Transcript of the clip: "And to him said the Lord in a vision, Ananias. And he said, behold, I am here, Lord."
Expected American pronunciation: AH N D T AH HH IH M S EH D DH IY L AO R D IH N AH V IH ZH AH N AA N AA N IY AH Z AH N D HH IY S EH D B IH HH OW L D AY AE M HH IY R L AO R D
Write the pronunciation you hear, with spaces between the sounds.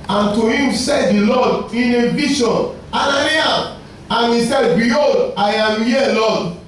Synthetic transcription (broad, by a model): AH N T AH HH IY M S EH D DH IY L AO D IH N AH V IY SH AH N AA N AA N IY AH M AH N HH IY S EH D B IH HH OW D AY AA M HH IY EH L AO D